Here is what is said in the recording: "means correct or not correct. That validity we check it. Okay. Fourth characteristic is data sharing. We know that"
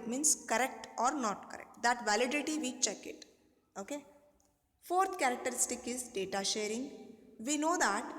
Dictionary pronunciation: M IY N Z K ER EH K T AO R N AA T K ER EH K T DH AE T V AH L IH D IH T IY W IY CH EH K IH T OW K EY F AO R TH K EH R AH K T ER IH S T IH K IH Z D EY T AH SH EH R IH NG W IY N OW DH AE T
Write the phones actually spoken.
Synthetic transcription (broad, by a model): M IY N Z K ER EH K T AO R N AA T K ER EH K T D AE T V AH L IH D IH T IY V IY CH EH K IH T OW K EY F AO R T K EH R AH K T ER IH S T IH K IH Z D EY T AH SH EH R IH NG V IY N OW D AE T